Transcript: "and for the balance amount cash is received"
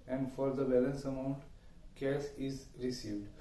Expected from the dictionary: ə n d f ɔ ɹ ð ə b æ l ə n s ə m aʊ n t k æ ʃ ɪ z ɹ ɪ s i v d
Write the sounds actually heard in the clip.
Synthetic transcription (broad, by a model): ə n d f ɔ ɹ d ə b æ l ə n s ə m aʊ n t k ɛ s ɪ z ɹ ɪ s i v d